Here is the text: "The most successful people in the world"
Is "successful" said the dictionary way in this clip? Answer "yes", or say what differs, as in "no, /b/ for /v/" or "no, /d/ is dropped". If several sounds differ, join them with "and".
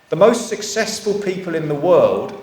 yes